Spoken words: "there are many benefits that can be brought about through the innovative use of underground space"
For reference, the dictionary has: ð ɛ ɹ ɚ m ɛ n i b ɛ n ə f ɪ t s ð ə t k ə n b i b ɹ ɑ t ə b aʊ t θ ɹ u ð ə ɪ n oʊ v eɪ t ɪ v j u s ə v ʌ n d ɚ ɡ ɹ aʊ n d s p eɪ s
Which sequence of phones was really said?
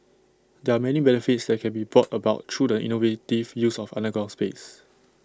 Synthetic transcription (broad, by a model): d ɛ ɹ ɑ m ɛ n i b ɛ n ə f ɪ t s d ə t k ə n b i b ɹ ɑ t ə b aʊ t ɹ u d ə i n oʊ v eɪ t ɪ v j u s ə f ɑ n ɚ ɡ aʊ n s p eɪ s